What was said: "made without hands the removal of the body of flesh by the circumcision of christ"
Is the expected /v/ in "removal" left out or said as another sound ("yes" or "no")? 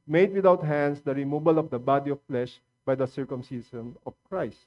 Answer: yes